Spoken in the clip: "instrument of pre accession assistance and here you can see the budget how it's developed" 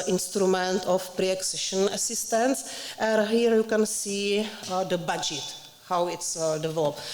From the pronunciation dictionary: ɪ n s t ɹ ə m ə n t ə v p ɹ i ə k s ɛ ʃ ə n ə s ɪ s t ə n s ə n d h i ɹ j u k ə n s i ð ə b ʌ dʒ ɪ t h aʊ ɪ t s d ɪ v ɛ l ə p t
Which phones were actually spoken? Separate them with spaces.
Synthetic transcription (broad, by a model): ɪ n s t ɹ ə m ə n t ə f p ɹ i ə k s ɛ ʃ ə n ə s ɪ s t ə n s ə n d h i ɹ j u k ə n s i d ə b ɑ dʒ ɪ t h aʊ ɪ t s d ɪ v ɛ l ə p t